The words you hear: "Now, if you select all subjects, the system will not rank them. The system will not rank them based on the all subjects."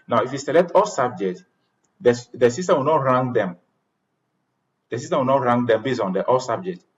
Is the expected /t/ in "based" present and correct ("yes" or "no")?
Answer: no